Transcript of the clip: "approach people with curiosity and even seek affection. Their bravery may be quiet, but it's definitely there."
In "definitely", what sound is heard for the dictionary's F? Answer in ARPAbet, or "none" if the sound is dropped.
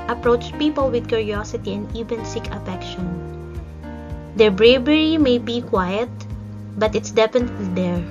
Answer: P